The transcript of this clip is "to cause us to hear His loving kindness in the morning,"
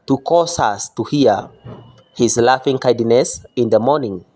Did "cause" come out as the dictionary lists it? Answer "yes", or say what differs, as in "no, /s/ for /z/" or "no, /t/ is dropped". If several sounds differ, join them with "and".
no, /s/ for /z/